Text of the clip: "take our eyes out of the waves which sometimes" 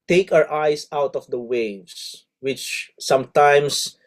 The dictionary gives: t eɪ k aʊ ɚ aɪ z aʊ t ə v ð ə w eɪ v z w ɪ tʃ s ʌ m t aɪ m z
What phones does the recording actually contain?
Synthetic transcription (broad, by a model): t eɪ k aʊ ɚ aɪ s aʊ t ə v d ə w eɪ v s w ɪ tʃ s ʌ m t aɪ m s